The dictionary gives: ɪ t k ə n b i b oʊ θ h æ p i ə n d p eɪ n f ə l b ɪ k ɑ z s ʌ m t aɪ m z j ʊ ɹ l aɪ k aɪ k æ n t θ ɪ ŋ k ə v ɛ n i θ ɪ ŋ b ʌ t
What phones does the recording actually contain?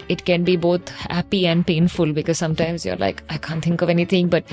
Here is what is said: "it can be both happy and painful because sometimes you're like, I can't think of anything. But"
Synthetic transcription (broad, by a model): ɪ t k ə n b i b oʊ t h æ p i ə n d p eɪ n f ə l b ɪ k ɑ z s ʌ m t aɪ m z j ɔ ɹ l aɪ k aɪ k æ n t t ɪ ŋ k ə v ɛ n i t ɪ ŋ b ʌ t